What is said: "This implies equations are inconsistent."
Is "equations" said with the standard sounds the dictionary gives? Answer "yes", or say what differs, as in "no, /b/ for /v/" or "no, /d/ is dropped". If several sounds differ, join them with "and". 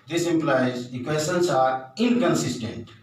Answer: no, /s/ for /ʒ/